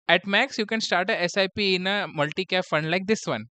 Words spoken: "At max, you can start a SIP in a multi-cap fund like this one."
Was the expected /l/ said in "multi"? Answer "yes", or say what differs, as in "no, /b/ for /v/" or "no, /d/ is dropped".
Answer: yes